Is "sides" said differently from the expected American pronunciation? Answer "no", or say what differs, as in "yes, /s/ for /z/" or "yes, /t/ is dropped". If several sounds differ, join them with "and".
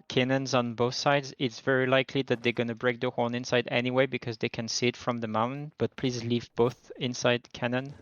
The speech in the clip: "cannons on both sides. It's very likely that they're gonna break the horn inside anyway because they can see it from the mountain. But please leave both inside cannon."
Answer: no